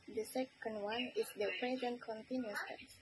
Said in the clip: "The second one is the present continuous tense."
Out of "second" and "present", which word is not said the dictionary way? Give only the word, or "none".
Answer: none